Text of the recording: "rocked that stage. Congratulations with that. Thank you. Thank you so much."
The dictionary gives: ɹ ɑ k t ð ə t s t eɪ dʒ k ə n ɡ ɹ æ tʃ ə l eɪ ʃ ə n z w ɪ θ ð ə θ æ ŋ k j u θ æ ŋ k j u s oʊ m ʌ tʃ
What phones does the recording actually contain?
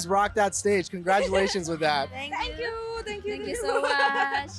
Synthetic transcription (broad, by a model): ɹ ɑ k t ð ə t s t eɪ dʒ k ə n ɡ ɹ æ tʃ ə l eɪ ʃ ə n z w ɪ ð ə t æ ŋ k j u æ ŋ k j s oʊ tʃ